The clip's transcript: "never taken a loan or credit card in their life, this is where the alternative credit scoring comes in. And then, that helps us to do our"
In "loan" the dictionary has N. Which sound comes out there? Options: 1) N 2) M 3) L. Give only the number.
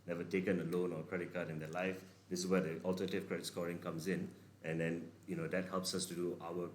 1